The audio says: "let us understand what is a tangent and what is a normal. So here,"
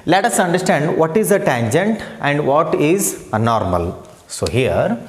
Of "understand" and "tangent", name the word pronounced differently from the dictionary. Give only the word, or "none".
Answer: none